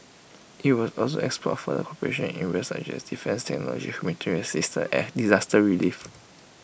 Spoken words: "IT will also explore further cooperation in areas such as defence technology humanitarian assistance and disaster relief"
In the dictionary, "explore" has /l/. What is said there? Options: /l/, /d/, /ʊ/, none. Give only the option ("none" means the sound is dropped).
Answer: none